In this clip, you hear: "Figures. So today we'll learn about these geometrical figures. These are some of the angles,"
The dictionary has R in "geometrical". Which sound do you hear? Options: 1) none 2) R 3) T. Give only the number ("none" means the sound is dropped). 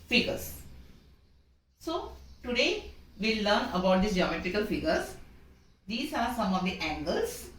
2